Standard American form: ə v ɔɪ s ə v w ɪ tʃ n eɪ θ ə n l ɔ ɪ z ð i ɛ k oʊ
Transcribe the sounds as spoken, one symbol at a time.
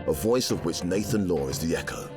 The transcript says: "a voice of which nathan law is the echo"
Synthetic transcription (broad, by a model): ə v ɔɪ s ə v w ɪ tʃ n eɪ θ ə n l ɔ ɪ z ð i ɛ k oʊ